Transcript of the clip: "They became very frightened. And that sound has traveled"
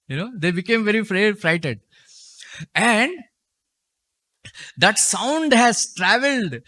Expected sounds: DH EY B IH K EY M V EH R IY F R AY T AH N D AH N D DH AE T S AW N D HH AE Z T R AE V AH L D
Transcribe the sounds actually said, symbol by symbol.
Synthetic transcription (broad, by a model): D EY B IH K EY M V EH R IY F R AY T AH D AH N D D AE T S AW N D HH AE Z T R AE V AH L D